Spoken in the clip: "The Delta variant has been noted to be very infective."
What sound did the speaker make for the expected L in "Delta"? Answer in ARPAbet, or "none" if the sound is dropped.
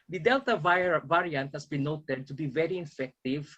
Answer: L